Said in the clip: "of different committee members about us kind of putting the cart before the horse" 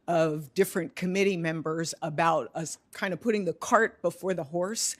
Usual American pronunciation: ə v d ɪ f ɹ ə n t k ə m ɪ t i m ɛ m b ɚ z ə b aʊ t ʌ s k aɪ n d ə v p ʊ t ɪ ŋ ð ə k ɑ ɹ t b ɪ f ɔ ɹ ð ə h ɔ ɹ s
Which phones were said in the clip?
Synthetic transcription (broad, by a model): ə v d ɪ f ɹ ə n k ə m ɪ t i m ɛ m b ɚ z ə b aʊ t ʌ s k aɪ n d ə v p ʊ t ɪ ŋ ð ə k ɑ ɹ t b ɪ f ɔ ɹ ð ə h ɔ ɹ s